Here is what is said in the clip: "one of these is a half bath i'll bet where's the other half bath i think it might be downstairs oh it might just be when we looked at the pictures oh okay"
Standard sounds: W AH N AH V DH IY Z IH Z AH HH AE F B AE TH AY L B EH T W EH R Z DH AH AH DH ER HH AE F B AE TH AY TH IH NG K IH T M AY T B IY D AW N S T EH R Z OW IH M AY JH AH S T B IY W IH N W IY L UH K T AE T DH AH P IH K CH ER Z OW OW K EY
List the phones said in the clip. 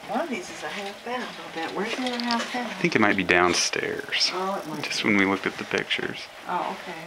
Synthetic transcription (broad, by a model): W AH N AH V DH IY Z IH Z AH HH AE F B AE T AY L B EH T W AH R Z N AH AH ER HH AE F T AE AY TH IH NG K IH T M AY T B IY D AW N S T EH R Z OW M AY JH AH S T W IH N W IY L UH K T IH T DH AH P IH K CH ER Z OW OW K EY